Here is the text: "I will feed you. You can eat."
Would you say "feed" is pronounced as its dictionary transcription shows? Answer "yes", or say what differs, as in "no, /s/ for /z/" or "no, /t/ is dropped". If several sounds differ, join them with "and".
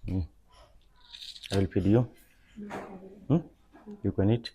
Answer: no, /p/ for /f/